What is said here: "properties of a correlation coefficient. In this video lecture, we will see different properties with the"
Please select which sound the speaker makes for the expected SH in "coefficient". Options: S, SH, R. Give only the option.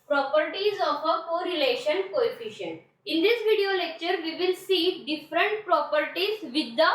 SH